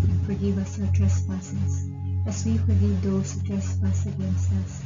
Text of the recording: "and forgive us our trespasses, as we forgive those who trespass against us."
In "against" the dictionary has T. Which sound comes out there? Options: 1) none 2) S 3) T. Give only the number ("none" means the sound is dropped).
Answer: 1